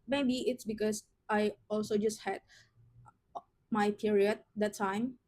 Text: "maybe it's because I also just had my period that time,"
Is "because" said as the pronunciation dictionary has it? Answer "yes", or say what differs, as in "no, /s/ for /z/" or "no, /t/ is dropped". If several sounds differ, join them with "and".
no, /s/ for /z/